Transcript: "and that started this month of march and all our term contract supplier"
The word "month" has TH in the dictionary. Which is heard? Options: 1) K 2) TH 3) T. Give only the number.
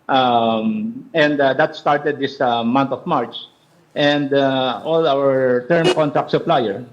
3